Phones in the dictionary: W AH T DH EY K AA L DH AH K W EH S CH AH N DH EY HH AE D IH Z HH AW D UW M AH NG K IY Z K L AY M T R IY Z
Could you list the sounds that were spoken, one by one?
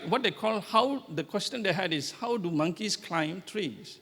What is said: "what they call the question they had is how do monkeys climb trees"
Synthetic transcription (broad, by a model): W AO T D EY K AA L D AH K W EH S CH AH N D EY HH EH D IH S HH AW D UW M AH NG K IY S K L AY M T R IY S